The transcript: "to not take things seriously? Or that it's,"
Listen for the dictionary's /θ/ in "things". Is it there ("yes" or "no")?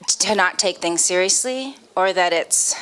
yes